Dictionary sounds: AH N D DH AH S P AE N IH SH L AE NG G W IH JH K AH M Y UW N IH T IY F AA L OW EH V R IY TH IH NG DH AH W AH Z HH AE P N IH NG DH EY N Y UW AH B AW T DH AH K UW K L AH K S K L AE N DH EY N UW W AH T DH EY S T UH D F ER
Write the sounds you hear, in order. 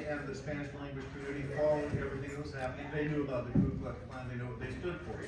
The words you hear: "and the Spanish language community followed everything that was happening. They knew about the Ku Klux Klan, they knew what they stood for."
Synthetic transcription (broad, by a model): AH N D DH AH S P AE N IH SH L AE NG G W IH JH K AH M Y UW IH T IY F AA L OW EH V R IY TH IH NG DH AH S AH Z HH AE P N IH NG DH EY N Y UW AH B AW T DH AH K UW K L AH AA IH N DH EY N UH W AH T DH EY S T UH D F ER